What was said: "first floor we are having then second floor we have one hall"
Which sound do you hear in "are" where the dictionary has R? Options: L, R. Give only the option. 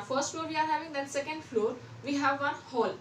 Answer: R